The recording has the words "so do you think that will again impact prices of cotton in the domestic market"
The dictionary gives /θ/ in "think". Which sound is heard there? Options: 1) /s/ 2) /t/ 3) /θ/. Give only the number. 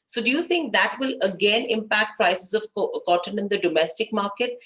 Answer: 2